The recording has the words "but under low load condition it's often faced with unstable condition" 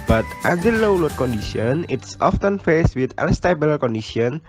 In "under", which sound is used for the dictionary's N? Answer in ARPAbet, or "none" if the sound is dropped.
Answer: none